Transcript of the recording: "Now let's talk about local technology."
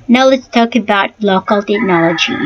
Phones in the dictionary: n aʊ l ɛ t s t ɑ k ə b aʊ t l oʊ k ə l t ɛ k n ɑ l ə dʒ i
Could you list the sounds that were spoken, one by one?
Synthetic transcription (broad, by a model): n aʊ l ɛ t s t ɑ k ə b aʊ t l oʊ k ə l t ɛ k n ɑ l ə dʒ i